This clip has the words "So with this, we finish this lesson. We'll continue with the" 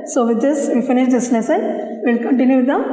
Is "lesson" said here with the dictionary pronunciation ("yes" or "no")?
no